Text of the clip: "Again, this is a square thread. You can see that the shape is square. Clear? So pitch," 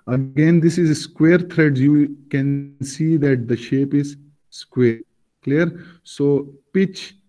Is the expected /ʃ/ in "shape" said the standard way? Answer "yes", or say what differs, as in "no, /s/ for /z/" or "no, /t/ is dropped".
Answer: yes